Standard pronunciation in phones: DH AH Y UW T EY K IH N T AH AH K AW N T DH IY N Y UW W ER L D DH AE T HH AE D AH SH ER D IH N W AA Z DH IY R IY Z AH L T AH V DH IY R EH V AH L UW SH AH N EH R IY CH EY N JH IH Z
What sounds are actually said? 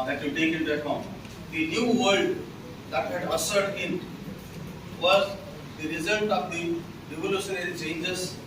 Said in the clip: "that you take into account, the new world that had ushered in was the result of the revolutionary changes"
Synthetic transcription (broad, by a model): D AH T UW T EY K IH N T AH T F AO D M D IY N Y UW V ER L D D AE T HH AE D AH S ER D IH N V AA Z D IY R IY Z AH L T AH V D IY R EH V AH L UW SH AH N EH R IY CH EY N JH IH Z